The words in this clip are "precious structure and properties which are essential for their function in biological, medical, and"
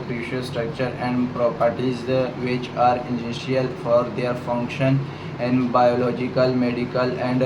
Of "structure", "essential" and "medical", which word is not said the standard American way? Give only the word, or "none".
essential